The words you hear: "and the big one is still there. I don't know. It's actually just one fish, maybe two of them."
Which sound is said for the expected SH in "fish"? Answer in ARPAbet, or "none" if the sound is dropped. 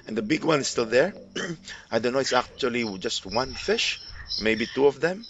SH